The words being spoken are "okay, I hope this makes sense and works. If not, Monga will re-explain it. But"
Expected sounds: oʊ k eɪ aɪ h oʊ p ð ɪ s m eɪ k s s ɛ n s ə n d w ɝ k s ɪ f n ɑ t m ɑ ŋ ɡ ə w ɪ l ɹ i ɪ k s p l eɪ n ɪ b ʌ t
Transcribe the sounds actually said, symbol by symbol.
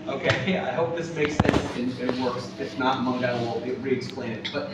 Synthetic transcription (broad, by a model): oʊ k eɪ aɪ h oʊ p ð ɪ s m eɪ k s s ɛ n s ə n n w ɝ k s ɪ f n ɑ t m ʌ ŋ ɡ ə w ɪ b ɹ i ɪ k s p l eɪ n ɪ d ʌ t